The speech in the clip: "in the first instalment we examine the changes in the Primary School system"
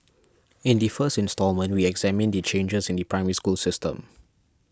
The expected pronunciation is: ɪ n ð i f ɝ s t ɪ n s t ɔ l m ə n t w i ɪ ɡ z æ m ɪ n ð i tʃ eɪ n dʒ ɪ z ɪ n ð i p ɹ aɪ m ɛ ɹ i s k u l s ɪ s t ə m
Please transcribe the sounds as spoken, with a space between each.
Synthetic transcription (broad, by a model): ɪ n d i f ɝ s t ɪ n s t ɔ l m ə n t w i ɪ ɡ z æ m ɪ n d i tʃ eɪ n dʒ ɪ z ɪ n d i p ɹ aɪ m ɛ ɹ i s k u l s ɪ s t ə m